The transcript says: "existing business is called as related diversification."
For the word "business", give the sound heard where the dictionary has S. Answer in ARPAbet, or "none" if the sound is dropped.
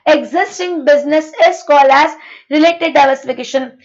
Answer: S